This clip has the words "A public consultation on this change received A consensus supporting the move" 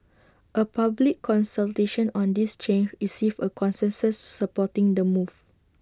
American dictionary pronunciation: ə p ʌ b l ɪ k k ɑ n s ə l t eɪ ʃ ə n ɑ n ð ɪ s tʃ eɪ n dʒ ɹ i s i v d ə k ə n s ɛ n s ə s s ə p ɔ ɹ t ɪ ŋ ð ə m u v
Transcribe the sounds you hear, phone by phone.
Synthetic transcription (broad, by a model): ə p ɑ b l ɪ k k ɑ n s ə l t eɪ ʃ ə n ɑ n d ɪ s tʃ eɪ n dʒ ɹ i s i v ə k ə n s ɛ n s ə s s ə p ɔ t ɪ ŋ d ə m u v